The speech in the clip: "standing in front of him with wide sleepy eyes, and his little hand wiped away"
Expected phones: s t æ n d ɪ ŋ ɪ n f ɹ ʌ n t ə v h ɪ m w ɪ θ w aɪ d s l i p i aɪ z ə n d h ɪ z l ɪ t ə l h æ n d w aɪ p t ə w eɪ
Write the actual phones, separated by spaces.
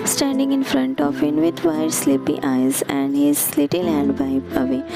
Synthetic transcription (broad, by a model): s t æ n d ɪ ŋ ɪ n f ɹ ʌ n t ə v h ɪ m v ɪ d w aɪ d s l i p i aɪ z ə n d h ɪ z l ɪ t ə l h æ n d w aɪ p ə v eɪ